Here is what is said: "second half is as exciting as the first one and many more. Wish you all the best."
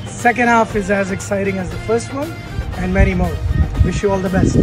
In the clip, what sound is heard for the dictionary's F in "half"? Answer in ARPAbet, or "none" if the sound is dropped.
F